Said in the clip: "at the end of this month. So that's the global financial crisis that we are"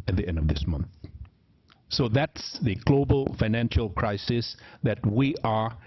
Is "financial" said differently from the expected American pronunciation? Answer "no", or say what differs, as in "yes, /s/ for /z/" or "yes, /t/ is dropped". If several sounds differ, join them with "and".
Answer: no